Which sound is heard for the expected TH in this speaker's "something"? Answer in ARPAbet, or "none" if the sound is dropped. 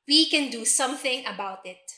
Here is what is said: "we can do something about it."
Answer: TH